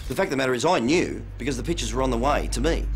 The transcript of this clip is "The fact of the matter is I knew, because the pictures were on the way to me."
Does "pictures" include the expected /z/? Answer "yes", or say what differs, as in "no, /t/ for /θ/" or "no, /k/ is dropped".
yes